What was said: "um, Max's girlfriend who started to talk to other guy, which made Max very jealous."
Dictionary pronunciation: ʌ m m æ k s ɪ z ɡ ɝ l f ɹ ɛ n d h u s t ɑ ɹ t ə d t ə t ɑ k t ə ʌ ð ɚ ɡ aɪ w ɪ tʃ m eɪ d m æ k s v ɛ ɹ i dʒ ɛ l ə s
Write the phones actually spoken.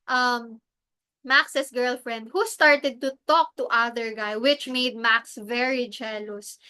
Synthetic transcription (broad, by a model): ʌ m m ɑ k s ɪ s ɡ ɝ l f ɹ ɛ n d h u s t ɑ ɹ t ə d t ə t ɑ k t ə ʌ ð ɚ ɡ aɪ w ɪ tʃ m eɪ d m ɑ k s v ɛ ɹ i dʒ ɛ l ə s